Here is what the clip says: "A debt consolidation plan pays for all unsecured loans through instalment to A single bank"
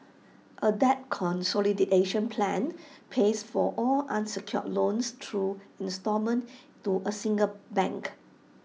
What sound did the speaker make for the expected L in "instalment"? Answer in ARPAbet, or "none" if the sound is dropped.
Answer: none